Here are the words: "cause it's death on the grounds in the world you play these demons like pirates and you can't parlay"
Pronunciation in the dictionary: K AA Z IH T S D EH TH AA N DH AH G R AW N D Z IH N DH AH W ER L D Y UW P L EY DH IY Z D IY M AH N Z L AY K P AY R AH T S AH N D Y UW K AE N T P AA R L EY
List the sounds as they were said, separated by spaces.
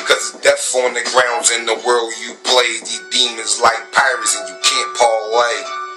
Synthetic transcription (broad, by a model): K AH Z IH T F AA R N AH G R AW N D Z IH N DH AH W ER L D Y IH P L EY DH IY D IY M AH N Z L AY K P AY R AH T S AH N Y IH K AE N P AA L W EY